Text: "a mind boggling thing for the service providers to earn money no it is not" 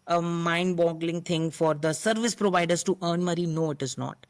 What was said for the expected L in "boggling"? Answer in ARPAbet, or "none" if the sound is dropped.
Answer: L